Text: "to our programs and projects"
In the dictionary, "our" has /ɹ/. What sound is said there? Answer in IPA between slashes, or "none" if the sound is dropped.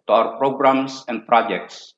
/w/